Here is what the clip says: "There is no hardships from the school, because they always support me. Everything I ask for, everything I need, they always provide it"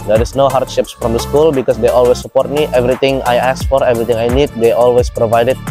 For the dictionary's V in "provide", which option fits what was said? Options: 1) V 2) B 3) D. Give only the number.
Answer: 1